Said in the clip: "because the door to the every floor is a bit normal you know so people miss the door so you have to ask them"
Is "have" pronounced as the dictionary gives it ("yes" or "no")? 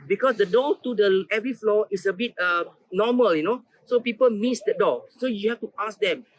no